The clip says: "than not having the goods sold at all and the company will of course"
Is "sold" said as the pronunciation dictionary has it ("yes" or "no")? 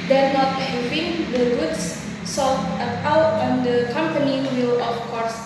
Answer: no